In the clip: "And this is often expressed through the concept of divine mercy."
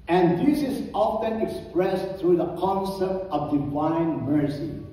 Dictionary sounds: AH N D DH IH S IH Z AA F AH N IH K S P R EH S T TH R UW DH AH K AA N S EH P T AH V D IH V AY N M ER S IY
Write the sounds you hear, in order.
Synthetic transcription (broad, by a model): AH N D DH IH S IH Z AA F AH N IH K S P R EH S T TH R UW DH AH K AA N S EH P T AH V D IH V AY N M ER S IY